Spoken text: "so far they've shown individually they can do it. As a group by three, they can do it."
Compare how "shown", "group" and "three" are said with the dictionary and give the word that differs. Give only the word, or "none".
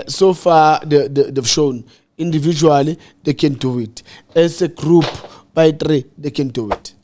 three